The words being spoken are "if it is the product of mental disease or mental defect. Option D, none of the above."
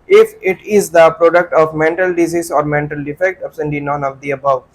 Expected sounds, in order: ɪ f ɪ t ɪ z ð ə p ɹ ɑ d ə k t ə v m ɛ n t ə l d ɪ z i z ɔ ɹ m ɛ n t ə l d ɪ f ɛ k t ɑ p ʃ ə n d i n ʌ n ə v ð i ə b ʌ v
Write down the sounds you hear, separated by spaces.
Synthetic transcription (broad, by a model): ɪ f ɪ t ɪ z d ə p ɹ ɑ d ə k t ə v m ɛ n t ə l d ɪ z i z ɔ ɹ m ɛ n t ə l d ɪ f ɛ k t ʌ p s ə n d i n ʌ n ə v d i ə b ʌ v